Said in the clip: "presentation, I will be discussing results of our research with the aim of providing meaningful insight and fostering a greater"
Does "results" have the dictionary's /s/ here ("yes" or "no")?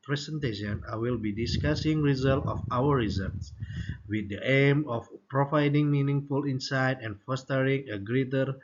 no